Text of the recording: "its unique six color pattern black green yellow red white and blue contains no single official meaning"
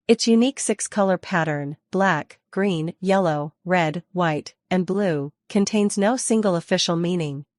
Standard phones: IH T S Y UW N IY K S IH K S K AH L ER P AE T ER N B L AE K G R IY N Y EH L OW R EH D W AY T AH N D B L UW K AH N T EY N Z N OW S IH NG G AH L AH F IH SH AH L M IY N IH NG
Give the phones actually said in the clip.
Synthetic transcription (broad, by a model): IH T S Y UW N IY K S IH K S K AH L ER P AE T ER N B L AE K G R IY N Y EH L OW R EH D W AY T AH N B L UW K AH N T EY N Z N OW S IH NG G L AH F IH SH L M IY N IH NG